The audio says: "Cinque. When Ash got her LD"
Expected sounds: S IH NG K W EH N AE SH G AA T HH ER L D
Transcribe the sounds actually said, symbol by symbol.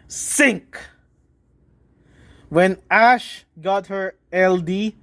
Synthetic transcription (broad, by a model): S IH NG K W EH N AE SH G AA T HH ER L D